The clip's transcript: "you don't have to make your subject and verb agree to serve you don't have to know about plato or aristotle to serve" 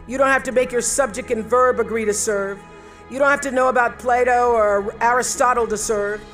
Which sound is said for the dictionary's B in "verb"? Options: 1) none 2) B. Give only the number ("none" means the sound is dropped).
2